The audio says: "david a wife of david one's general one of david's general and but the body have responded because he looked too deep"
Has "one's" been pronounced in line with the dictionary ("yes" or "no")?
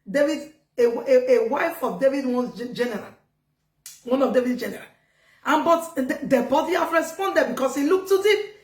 no